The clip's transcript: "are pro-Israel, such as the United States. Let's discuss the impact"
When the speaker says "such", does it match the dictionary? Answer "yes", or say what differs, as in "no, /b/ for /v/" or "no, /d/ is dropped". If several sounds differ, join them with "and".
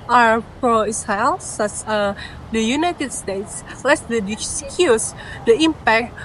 no, /s/ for /tʃ/